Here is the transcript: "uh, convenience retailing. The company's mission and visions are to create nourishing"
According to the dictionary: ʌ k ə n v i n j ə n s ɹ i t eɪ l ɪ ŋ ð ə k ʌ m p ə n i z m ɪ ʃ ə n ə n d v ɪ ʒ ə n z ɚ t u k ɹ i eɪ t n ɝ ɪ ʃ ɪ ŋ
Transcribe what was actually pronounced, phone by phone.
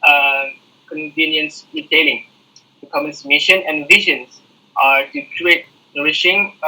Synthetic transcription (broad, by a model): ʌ k ə n v i n j ə n s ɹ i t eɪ l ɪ ŋ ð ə k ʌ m ə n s m ɪ ʃ ə n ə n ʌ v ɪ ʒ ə n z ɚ t u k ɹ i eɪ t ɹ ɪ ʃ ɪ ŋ